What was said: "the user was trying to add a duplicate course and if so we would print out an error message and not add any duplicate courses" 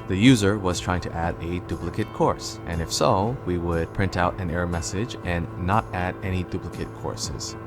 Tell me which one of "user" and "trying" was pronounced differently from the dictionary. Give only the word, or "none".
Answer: none